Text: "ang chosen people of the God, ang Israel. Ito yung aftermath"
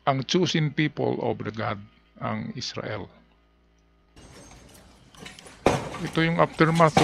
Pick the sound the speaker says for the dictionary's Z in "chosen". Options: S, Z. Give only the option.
S